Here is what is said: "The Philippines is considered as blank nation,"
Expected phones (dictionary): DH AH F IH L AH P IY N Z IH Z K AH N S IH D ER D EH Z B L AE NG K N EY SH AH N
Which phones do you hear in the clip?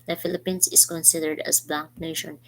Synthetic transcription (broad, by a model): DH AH F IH L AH P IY N S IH S K AH N S IH D ER D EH S B L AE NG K N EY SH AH N